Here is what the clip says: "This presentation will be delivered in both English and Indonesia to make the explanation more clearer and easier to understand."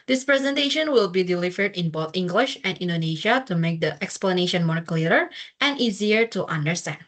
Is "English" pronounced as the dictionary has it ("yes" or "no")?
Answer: yes